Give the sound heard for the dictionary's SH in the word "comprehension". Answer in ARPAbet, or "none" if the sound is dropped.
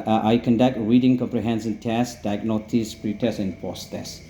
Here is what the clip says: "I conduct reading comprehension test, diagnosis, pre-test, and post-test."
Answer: S